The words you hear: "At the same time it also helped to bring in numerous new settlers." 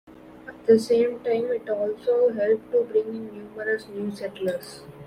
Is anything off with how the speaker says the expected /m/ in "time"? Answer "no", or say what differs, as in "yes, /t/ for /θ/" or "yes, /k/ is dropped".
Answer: no